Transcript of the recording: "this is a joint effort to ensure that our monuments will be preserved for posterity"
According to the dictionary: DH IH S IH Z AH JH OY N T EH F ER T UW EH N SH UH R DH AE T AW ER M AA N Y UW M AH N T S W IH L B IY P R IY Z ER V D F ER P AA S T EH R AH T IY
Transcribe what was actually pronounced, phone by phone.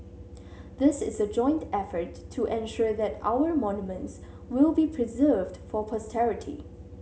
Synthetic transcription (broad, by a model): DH IH S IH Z AH JH OY N T EH F ER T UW EH N SH UH R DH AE T AW ER M AA N Y UW M AH N T S W IH L B IY P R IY Z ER V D F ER P AA S T EH R AH T IY